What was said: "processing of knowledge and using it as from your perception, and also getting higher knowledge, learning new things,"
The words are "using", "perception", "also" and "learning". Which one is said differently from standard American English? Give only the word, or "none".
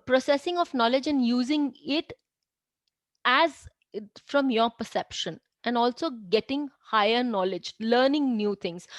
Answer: none